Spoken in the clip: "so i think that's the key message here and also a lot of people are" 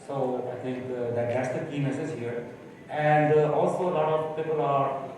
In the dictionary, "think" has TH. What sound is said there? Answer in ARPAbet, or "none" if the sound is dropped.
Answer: T